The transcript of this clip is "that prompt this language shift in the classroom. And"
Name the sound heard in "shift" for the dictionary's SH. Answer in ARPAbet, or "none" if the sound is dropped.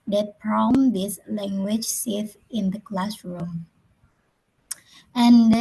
S